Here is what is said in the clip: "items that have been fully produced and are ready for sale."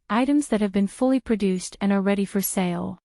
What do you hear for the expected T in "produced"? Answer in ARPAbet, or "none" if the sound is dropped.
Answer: T